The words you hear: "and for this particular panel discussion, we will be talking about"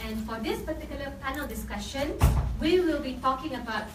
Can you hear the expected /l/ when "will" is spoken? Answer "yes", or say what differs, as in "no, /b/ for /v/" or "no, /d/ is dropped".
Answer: yes